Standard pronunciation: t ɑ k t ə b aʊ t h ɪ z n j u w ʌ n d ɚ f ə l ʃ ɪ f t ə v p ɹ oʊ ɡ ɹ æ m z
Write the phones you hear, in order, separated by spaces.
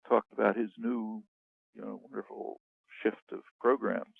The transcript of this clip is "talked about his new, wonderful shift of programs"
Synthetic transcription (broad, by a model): t ɑ k t ə b aʊ t h ɪ z n j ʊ w ʌ n d ɚ f l ʃ ɪ f t ə v p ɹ oʊ ɡ ɹ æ m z